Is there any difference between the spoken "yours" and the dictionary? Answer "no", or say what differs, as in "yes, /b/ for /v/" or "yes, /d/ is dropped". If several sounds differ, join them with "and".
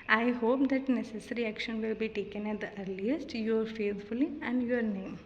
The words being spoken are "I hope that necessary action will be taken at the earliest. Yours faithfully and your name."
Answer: yes, /z/ is dropped